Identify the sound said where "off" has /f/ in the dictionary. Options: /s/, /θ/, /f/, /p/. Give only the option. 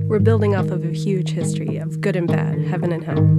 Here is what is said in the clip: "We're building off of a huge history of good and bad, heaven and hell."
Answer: /p/